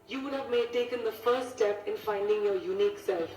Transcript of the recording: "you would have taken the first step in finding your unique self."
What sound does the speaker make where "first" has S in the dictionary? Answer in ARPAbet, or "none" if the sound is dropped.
none